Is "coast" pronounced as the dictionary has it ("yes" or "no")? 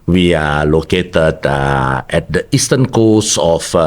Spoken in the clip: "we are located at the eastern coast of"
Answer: no